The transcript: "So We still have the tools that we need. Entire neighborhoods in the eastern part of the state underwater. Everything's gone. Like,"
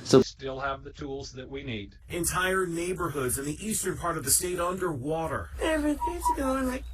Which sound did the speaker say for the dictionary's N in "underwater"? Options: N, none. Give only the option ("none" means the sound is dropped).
N